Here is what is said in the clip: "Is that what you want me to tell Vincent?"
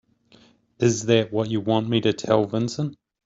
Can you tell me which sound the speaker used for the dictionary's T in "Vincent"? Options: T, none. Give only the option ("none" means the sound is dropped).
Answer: none